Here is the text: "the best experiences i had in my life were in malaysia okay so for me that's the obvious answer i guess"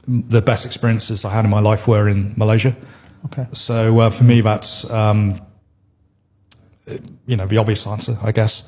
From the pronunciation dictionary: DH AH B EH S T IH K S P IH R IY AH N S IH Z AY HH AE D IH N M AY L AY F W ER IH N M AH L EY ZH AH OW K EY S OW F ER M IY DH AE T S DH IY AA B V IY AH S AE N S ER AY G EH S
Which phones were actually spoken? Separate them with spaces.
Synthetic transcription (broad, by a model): DH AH B EH S T IH K S P IH R IY AH N S IH Z AY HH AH D IH N M AY L AY F W ER IH N M AH L EY ZH AH OW K EY S OW F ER M IY DH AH T S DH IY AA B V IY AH S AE N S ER AY G EH S